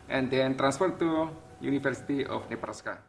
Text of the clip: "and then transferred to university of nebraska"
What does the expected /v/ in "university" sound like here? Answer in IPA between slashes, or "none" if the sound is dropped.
/f/